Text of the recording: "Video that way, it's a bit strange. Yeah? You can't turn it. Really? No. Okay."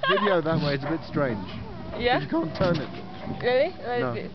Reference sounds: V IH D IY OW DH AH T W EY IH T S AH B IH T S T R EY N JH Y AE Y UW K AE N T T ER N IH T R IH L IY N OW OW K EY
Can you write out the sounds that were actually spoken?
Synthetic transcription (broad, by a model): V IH D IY OW DH AH T W EY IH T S AH B IH T S T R EY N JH Y AE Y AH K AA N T T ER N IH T L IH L IY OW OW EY